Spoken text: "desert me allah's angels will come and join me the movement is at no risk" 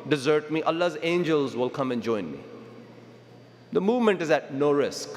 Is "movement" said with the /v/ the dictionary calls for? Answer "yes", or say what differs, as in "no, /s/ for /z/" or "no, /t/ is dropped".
yes